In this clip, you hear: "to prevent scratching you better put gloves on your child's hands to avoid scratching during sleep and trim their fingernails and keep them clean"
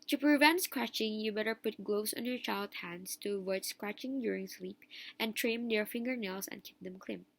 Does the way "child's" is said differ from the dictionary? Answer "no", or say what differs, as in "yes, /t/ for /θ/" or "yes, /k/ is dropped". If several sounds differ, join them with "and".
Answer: yes, /z/ is dropped